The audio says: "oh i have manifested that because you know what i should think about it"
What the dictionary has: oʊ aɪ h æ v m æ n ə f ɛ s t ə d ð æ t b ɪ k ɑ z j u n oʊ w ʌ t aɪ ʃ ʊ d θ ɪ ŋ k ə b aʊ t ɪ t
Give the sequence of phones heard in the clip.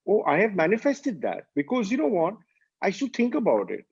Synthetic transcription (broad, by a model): oʊ aɪ h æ v m æ n ə f ɛ s t ə d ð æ t b ɪ k ɑ z j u n oʊ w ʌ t aɪ s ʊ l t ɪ ŋ k ə b aʊ t ɪ t